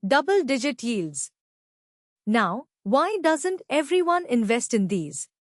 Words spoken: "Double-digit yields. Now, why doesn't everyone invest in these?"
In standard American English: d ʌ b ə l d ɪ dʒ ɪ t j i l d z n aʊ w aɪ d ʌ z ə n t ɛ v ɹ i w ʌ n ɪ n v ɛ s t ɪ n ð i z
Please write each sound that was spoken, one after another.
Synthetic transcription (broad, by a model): d ʌ b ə l d ɪ dʒ ɪ t j i l d z n aʊ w aɪ d ʌ z ə n t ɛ v ɹ i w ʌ n ɪ n v ɛ s t ɪ n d i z